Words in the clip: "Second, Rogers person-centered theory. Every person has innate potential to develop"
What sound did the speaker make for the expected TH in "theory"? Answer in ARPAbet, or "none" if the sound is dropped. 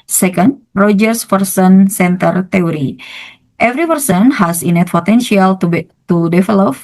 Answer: T